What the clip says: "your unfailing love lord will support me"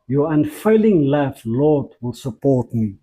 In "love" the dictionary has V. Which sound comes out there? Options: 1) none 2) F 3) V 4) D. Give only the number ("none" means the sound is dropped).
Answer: 2